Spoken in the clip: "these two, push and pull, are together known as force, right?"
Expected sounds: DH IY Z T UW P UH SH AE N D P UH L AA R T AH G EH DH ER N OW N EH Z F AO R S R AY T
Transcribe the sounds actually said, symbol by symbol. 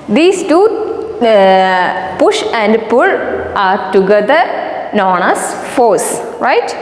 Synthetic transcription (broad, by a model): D IY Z T UW P UH SH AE N D P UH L AA R T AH G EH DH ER N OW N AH S F AO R S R AY T